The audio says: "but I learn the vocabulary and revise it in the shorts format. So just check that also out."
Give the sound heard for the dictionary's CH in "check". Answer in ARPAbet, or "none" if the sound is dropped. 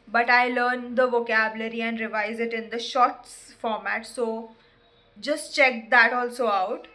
CH